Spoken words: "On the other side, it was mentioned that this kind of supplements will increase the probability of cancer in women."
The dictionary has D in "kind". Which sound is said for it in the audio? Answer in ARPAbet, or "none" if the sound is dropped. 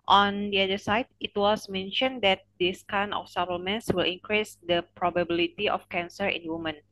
none